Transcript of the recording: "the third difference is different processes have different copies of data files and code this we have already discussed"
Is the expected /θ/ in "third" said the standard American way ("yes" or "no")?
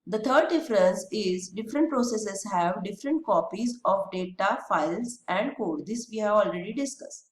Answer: no